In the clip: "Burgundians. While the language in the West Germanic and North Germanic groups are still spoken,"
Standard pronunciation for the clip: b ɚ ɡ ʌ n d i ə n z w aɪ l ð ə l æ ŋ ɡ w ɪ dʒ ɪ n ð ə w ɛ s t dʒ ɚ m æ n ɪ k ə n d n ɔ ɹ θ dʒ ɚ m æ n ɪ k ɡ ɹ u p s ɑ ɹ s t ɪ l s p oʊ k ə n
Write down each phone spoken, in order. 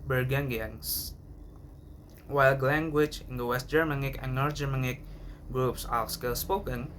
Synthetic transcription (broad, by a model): b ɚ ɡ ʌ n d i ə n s w aɪ l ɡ l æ ŋ ɡ w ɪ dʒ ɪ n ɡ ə w ɛ s t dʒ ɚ m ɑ n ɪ k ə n n ɔ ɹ t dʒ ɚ m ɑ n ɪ k ɡ ɹ u p s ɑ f s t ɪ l s p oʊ k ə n